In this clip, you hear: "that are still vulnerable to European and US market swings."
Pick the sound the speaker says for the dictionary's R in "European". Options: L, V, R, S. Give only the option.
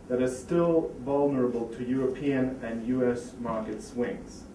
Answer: R